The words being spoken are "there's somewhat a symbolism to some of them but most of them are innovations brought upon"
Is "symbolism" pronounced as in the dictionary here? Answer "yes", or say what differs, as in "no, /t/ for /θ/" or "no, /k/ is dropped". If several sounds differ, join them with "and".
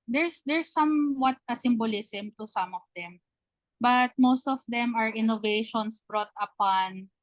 no, /s/ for /z/